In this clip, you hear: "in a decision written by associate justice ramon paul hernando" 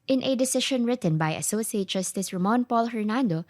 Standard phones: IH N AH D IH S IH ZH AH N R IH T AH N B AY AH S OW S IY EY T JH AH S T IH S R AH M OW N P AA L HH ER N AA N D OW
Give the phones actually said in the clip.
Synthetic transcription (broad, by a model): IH N AH D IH S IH SH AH N R IH T AH N B AY AH S OW S IY EY T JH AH S T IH S R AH M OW N P AA L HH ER N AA N D OW